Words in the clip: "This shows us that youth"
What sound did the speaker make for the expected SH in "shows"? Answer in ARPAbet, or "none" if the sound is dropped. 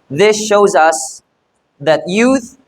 SH